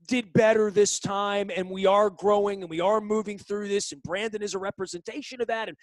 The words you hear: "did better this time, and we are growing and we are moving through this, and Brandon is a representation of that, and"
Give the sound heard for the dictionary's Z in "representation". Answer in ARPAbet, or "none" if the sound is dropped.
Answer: Z